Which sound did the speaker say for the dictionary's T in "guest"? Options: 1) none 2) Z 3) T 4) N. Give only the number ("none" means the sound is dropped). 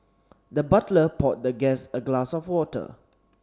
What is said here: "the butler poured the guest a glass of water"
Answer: 1